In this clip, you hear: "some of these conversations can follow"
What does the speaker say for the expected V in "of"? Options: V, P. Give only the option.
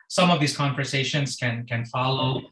V